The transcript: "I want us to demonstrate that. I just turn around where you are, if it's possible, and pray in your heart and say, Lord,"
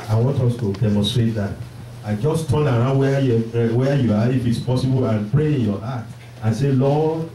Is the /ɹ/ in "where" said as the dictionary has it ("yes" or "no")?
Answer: no